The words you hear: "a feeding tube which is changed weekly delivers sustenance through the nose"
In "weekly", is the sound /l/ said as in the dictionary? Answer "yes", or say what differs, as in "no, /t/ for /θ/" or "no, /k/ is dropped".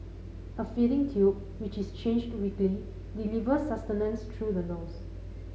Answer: yes